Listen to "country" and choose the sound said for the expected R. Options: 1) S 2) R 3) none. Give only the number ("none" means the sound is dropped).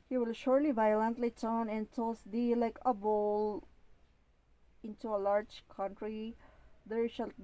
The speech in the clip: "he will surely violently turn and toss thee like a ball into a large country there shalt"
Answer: 2